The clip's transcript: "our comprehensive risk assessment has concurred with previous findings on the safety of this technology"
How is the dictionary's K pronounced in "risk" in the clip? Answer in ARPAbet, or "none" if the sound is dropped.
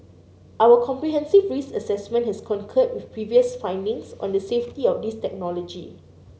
none